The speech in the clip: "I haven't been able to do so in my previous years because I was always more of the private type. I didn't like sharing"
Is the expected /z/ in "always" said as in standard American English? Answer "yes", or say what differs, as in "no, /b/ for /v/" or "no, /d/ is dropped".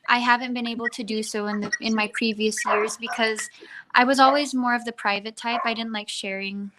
yes